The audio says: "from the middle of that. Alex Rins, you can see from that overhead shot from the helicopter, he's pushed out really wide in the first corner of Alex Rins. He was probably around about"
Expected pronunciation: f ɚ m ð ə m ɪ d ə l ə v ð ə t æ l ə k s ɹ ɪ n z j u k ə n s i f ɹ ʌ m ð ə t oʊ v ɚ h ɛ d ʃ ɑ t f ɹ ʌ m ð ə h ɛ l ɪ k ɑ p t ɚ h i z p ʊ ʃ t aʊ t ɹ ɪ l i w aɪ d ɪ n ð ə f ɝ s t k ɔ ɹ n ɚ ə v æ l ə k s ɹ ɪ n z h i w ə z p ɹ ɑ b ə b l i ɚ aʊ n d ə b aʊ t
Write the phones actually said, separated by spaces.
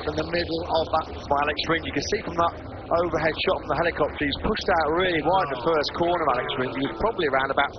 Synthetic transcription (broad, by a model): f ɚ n ð ə m ɪ d l ə v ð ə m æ l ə k s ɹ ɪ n j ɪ k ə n s i f ɹ ʌ m ð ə t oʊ v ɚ h ɛ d ʃ ɑ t f ɹ ʌ m ð ə h ɛ l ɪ k ɑ p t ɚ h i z p ʊ ʃ t aʊ t ɹ ɪ l i w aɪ ɪ ð ə f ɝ s k ɔ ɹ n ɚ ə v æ l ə k s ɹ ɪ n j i w ə z p ɹ ɑ b ə b l i ɚ aʊ n d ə b aʊ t